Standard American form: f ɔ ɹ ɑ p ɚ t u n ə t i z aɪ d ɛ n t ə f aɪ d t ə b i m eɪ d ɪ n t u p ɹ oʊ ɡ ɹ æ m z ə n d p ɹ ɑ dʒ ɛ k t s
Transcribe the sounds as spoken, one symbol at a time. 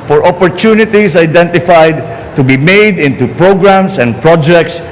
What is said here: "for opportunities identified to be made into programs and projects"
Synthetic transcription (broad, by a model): f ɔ ɹ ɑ p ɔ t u n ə t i s aɪ d ɛ n t ə f aɪ d t ə b i m eɪ d ɪ n t u p ɹ oʊ ɡ ɹ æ m s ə n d p ɹ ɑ dʒ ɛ k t s